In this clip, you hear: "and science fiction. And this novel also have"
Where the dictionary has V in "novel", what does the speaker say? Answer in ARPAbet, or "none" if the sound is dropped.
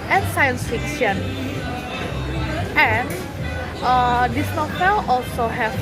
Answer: F